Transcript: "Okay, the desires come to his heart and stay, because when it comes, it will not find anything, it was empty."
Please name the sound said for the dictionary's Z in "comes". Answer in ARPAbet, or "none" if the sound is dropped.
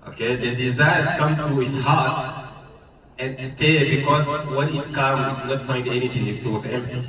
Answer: none